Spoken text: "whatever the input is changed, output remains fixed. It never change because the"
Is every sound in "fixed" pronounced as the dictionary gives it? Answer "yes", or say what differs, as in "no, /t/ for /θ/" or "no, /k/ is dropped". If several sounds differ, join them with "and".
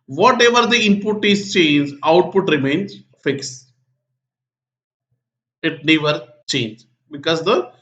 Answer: no, /t/ is dropped